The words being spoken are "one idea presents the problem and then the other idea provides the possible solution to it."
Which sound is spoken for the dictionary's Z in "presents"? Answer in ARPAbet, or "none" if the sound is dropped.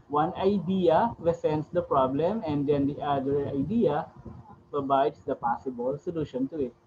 S